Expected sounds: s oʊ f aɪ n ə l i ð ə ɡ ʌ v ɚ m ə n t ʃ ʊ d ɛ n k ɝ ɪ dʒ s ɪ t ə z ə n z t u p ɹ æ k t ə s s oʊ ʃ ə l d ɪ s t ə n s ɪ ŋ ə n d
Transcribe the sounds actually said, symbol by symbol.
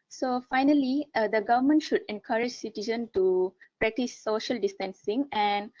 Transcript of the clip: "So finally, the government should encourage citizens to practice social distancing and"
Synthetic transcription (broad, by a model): s oʊ f aɪ n ə l i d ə ɡ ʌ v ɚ m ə n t ʃ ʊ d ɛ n k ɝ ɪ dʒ s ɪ t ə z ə n t u p ɹ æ k t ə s s oʊ ʃ ə l d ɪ s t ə n s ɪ ŋ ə n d